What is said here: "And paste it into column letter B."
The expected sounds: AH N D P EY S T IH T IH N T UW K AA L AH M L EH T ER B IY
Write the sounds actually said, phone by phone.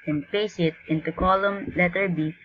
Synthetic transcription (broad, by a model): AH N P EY S IH T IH N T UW K AA L AH M L EH T ER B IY